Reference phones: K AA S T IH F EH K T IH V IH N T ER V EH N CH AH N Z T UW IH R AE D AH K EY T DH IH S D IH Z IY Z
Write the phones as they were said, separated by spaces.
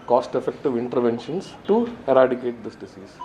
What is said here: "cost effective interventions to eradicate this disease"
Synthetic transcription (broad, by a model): K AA S T IH F EH K T IH V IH N T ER V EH N SH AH N S T UW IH R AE D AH K EY T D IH S D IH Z IY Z